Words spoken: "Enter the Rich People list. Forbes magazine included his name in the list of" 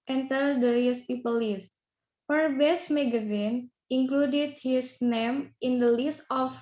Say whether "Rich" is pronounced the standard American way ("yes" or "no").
no